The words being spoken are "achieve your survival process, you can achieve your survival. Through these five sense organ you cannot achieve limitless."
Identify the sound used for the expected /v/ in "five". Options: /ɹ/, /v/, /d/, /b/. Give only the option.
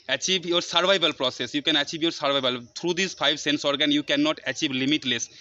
/b/